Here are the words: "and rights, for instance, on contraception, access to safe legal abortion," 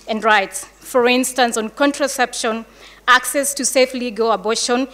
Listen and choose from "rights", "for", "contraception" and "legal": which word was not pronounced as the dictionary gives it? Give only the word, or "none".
none